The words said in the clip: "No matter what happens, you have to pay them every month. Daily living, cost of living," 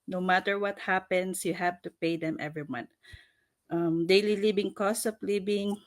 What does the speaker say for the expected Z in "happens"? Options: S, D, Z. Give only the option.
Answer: S